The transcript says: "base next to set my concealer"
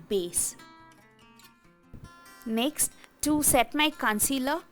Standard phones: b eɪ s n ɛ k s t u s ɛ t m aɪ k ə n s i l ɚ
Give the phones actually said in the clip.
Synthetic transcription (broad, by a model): b eɪ s n ɛ k s t u s ɛ t m aɪ k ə n s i l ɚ